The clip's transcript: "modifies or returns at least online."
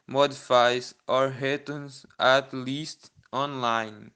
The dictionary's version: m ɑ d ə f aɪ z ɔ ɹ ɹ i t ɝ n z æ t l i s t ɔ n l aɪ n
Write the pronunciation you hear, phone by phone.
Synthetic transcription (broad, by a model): m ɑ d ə f aɪ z ɔ ɹ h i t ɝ n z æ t l i s t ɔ n l aɪ n